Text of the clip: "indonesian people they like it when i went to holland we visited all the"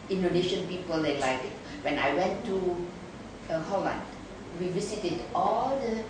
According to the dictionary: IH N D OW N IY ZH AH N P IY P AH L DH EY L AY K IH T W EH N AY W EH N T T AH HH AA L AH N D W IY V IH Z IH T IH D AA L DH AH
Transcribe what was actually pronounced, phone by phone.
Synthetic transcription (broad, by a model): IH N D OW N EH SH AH N P IY P AH L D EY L AY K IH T W EH N AY W EH N T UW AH HH AA L AH N D W IY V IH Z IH T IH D AA L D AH